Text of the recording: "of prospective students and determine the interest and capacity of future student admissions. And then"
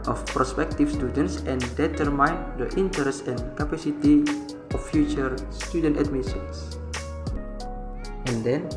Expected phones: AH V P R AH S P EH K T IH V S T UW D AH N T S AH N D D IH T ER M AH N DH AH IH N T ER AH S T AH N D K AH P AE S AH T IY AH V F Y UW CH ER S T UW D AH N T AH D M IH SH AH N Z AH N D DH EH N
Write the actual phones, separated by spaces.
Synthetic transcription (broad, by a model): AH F P R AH S P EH K T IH F S T UW D AH N T S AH N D D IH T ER M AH N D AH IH N T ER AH S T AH N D K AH P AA S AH T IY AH F Y UW CH ER S T UW D AH N T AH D M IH S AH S AH N D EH N